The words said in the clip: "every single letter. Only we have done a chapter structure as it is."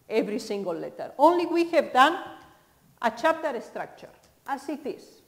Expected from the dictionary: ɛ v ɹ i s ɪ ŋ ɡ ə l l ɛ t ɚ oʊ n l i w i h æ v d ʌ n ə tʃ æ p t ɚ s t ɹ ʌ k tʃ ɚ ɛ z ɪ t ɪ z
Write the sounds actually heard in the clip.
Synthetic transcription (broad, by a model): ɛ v ɹ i s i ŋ ɡ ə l l ɛ t ɚ oʊ n l i w i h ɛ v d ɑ n ə tʃ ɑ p t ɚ s t ɹ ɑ k tʃ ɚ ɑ s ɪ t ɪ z